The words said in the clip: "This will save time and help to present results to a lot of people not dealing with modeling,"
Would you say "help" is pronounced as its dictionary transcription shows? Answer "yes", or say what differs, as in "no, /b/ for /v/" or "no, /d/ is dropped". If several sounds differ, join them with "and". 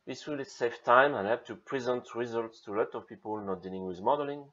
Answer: no, /l/ is dropped